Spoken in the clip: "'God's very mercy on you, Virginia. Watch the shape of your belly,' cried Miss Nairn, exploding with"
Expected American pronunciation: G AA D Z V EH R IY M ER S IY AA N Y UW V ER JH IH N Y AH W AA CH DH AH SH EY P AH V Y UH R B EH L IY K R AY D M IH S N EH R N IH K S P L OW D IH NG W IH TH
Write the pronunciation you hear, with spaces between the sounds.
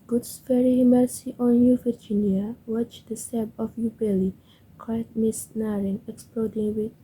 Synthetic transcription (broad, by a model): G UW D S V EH R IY M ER S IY AA N Y UW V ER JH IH N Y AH W AA CH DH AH S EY B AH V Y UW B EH L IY K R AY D M IH S N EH R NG IH K S P L OW D IH NG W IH